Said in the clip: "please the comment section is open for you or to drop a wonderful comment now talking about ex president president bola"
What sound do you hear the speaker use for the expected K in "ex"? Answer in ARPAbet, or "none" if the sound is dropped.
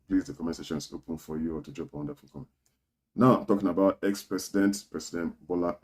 K